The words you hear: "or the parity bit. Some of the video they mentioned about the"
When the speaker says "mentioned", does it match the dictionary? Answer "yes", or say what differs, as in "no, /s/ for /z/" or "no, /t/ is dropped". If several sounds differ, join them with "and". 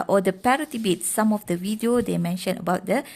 no, /d/ is dropped